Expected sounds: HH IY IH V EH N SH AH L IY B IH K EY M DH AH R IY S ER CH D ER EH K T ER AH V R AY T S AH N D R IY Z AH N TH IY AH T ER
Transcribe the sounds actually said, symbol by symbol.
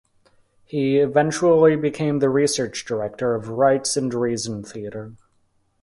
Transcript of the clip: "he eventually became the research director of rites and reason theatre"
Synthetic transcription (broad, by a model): HH IY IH V EH N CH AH L IY B IH K EY M DH AH R IY S ER CH D ER EH K T ER AH V R AY T S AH N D R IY Z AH N TH IY AH T ER